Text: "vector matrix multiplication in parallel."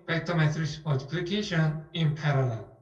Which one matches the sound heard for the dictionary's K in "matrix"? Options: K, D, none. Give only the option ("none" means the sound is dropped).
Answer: none